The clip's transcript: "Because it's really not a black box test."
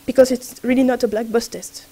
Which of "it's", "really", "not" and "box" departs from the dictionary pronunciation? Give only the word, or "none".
box